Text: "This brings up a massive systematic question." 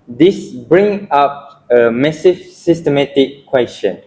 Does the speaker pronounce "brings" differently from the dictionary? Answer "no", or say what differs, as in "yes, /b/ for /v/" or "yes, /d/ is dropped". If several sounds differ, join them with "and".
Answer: yes, /z/ is dropped